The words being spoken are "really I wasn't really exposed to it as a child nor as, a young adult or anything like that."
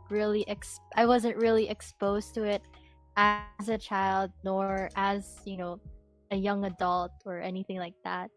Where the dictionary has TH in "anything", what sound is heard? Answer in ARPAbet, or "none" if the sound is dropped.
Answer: TH